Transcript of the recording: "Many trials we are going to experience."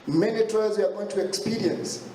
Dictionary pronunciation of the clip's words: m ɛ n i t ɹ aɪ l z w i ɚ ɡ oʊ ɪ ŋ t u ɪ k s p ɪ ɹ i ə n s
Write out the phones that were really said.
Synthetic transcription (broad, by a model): m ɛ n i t ɔ z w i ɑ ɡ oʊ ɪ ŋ t u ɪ k s p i ɹ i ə n s